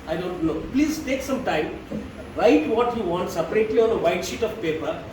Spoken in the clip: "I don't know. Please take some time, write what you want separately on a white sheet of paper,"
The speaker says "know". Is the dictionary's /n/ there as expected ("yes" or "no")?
no